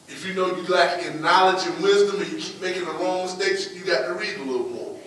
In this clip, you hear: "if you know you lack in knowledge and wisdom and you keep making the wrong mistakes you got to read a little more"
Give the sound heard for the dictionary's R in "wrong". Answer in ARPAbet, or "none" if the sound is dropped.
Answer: L